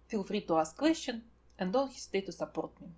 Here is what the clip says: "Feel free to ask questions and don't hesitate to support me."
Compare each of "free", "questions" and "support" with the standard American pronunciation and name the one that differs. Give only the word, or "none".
questions